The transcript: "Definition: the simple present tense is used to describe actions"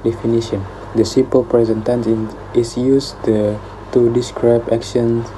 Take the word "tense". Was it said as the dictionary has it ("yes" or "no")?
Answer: no